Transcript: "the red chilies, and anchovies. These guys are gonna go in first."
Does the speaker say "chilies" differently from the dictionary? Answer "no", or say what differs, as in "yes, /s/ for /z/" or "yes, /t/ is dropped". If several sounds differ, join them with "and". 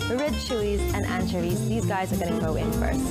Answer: yes, /ʃ/ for /tʃ/ and /l/ is dropped